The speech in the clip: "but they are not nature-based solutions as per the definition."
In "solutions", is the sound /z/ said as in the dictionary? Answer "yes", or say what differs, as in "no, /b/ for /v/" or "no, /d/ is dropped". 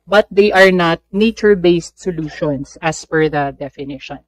no, /s/ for /z/